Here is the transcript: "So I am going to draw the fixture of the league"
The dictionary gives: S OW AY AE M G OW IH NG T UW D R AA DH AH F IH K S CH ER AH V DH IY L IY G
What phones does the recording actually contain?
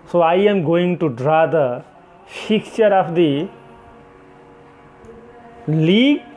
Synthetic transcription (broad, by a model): S OW AY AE M G OW IH NG T UW D R AA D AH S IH K CH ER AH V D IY L IY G